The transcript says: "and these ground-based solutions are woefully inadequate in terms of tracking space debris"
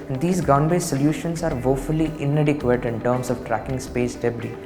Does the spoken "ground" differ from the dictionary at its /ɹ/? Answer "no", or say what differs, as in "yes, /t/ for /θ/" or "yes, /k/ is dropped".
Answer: yes, /ɹ/ is dropped